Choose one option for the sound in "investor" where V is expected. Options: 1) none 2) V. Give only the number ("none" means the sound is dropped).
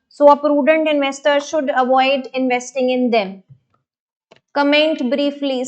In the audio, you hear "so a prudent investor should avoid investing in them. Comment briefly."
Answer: 2